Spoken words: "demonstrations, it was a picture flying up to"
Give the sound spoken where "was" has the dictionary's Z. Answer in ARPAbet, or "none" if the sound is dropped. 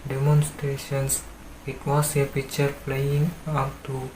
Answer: S